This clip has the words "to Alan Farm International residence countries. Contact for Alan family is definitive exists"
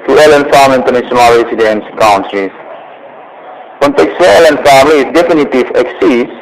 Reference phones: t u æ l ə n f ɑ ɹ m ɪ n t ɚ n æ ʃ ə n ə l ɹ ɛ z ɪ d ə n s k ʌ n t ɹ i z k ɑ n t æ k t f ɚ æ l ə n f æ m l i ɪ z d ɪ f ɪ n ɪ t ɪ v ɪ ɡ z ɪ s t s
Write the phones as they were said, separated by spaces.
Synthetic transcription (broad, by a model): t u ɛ l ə n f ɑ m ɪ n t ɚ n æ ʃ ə n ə l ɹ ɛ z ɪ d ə n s k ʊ n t ɹ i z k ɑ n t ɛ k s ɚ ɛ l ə n f æ m l i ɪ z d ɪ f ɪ n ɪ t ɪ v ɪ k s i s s